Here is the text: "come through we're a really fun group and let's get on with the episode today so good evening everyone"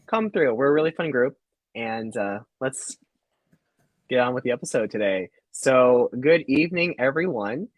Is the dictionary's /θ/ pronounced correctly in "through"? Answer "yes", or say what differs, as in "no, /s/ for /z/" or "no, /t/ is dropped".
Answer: yes